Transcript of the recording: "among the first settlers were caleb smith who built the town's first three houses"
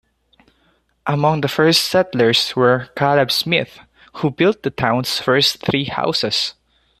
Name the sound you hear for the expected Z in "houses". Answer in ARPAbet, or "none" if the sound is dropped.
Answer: S